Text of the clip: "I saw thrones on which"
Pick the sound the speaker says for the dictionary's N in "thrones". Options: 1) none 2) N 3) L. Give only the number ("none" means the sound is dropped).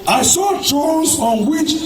1